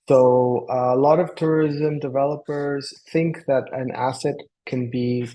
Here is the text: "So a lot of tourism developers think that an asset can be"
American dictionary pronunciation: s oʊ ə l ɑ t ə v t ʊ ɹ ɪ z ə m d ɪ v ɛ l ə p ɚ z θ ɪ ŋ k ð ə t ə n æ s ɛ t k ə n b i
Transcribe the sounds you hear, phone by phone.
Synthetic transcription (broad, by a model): s oʊ ə l ɑ t ə v t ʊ ɹ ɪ z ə m d ɪ v ɛ l ə p ɚ z θ ɪ ŋ k ð ə t ə n æ s ɛ t k ə n b i